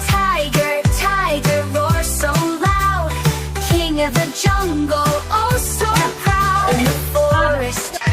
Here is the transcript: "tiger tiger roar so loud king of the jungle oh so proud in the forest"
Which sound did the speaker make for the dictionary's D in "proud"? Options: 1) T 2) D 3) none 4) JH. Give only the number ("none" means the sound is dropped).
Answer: 3